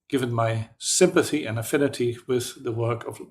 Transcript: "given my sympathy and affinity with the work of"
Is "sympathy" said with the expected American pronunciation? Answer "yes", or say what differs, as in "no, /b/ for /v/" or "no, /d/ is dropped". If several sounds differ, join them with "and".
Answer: yes